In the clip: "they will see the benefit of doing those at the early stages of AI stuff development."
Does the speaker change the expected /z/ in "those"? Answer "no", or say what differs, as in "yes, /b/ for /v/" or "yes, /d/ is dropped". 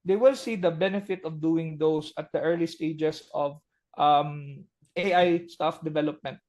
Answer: yes, /s/ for /z/